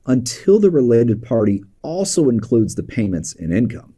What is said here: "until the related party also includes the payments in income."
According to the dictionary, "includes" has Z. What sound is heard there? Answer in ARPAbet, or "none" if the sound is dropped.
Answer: Z